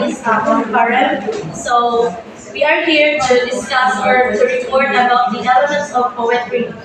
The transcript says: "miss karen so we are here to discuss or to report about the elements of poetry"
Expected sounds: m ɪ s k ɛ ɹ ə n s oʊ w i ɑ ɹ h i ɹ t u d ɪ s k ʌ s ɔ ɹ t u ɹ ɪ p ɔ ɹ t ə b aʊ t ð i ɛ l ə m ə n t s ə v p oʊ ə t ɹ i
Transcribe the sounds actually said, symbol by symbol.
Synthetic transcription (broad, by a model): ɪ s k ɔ ɹ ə l s oʊ w i ɑ ɹ h i ɹ t u d ɪ s k ʌ s ɔ ɹ t u ɹ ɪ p ɔ ɹ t ə b aʊ t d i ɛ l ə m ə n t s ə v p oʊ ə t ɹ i